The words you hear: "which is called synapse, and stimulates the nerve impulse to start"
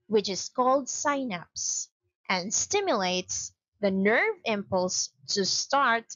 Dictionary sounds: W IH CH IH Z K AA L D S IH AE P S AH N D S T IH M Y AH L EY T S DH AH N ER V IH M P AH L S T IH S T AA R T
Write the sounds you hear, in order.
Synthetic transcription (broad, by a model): W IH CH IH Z K AA L D S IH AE P S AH N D S T IH M Y AH L EY T S DH AH N ER V IH M P AH L S T IH S T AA R T